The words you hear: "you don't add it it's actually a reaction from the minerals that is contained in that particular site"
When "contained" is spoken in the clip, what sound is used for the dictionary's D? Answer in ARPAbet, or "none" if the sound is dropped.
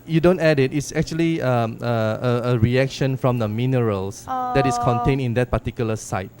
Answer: none